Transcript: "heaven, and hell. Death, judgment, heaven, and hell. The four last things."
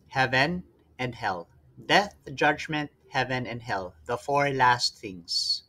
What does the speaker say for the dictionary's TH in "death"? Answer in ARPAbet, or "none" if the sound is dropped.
TH